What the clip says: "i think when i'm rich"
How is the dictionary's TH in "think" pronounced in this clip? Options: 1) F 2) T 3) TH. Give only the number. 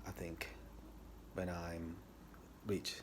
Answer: 3